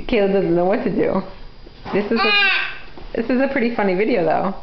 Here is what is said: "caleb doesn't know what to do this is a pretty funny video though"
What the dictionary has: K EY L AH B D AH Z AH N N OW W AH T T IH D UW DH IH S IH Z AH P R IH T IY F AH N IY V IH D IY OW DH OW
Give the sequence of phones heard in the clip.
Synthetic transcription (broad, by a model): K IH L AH D AH Z N N OW W AH T S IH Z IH DH IH S IH Z AH P R IH T IY F AH N IY V IH D IY OW DH OW